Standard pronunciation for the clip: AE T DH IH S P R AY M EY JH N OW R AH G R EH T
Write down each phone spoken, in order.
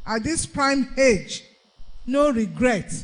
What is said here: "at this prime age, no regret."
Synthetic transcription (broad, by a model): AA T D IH S P R AY M EY JH N OW R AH G R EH T